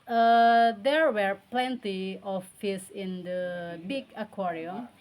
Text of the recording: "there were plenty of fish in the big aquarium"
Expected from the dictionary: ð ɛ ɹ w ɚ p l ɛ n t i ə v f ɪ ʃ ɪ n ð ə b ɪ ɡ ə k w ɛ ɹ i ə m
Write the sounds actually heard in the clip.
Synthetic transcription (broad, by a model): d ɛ ɹ w ɚ p l ɛ n t i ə f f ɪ s ɪ n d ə b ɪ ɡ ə k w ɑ ɹ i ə